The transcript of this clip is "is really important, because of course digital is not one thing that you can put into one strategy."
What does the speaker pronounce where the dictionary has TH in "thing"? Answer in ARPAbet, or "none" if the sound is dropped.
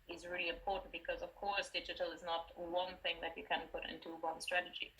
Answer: TH